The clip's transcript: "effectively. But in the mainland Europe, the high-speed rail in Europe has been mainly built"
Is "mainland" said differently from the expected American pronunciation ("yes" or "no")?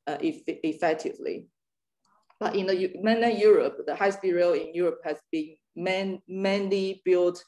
yes